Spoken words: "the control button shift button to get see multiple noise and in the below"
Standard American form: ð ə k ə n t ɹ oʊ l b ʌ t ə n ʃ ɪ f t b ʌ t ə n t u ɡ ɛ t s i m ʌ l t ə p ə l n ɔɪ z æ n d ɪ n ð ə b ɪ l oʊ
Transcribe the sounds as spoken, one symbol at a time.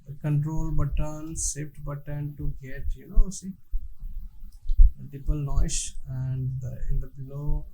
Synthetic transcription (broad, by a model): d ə k ə n t ɹ oʊ l b ʌ t ə n s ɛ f t b ʌ t ə n t u ɡ ɛ t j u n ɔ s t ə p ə l n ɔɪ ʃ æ n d ɪ n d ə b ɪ l oʊ